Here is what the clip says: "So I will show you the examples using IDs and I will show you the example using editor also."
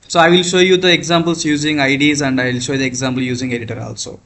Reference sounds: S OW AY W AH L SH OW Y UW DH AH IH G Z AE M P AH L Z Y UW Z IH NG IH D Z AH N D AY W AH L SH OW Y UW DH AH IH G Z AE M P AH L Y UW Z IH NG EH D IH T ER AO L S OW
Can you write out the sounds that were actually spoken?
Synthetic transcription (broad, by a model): S OW AY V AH L SH OW Y UW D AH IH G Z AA M B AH L S Y UW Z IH NG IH D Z AH N D AY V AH L SH OW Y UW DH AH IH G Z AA M B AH L Y UW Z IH NG EH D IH T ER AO L S OW